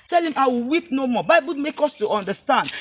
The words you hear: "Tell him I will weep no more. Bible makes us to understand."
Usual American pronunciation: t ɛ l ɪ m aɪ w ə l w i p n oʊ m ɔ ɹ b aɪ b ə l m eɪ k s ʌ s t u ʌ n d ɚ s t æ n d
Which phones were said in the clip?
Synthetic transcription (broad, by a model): t ɛ l ɪ m aɪ w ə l w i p n oʊ m ɔ b aɪ b ə l m eɪ k ɔ s t u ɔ n d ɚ s t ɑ n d